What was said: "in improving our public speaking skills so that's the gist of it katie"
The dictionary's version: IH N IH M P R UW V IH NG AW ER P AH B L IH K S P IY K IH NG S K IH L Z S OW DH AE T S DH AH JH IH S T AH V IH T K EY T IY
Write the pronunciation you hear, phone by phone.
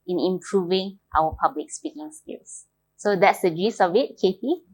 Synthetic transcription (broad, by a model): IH N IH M P R UW V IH NG AW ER P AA B L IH K S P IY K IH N S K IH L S S OW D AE T S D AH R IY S AH V IH T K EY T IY